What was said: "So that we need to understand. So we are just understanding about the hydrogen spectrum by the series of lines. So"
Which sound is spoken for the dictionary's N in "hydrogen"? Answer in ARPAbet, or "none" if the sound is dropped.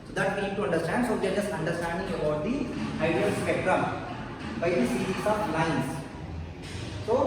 L